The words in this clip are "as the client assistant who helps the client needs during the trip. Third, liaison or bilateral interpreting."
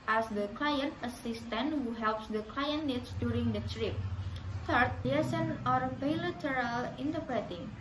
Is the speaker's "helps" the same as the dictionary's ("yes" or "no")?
yes